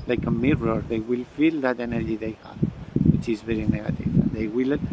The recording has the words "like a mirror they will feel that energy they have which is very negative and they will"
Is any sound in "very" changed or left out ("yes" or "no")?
no